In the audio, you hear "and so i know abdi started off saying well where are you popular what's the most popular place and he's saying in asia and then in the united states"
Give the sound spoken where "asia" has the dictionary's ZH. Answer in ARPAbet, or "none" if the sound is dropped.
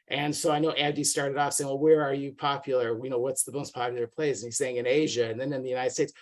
ZH